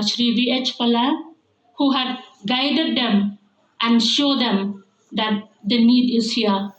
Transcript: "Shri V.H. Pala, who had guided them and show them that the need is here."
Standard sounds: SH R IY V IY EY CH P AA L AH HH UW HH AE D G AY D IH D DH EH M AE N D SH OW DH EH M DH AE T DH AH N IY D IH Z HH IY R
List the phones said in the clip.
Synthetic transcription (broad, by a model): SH R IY V IY EY CH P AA L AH HH UW HH AE D G AY D IH D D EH M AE N D SH OW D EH M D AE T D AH N IY D IH Z HH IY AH